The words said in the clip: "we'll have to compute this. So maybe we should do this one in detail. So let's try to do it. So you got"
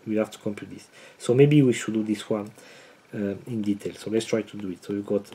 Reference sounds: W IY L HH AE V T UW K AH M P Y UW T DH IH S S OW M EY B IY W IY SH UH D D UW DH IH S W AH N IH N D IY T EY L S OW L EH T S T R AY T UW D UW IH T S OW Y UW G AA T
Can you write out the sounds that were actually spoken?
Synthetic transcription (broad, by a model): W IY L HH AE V T UW K AH M P Y UW T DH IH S S OW M EY B IY W IY SH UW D D UW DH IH S W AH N IH N D IY T EY L S OW L EH T S T R AY T UW D UW IH T S OW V G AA T